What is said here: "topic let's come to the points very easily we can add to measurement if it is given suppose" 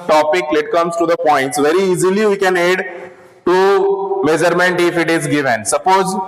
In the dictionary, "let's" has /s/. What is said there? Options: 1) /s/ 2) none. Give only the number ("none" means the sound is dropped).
2